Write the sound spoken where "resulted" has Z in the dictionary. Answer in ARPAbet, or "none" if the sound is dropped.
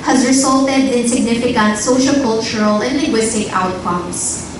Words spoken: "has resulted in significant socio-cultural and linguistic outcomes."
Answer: S